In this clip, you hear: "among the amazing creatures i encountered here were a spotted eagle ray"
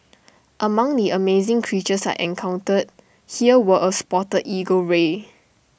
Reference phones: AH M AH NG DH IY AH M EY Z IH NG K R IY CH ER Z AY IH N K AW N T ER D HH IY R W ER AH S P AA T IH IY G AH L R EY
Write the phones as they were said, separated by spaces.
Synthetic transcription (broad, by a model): AH M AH NG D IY AH M EY Z IH NG K R IY CH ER S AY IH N K AW N T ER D HH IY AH W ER AH S P AA T IH IY G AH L R EY